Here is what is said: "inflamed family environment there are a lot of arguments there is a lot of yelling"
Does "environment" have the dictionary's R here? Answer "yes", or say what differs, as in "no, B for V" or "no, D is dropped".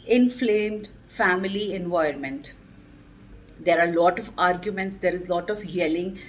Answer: no, R is dropped